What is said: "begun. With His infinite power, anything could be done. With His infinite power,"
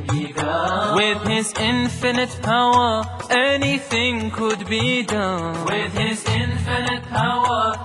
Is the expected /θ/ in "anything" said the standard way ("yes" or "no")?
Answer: yes